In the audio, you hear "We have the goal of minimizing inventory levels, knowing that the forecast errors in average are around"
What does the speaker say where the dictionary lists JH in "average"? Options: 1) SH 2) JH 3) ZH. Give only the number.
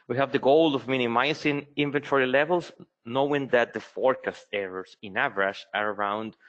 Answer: 1